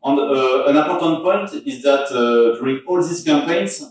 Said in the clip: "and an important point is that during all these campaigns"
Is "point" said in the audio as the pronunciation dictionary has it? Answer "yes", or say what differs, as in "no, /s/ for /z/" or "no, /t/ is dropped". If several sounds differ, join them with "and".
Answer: yes